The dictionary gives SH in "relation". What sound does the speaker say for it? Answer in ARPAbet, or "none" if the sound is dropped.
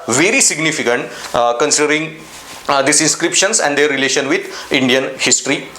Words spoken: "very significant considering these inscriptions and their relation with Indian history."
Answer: SH